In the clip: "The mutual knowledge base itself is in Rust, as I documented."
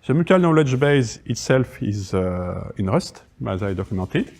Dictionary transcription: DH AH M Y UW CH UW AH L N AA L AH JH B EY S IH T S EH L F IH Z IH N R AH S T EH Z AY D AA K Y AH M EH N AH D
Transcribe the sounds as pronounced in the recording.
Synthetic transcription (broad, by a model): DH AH M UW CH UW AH L N AA L AH JH B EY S IH T S EH L F IH Z IH N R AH S T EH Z AY D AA K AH M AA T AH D